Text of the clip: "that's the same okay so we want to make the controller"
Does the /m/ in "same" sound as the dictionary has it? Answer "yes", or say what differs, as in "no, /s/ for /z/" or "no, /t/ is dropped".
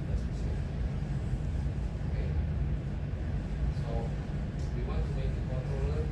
no, /m/ is dropped